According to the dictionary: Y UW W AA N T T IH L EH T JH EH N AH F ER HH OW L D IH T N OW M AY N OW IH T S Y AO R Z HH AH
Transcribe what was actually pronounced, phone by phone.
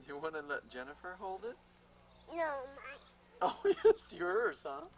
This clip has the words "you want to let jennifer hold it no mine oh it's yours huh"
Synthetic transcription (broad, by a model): Y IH W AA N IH L EH T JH EH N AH F ER HH OW L D IH T N OW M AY OW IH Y S Y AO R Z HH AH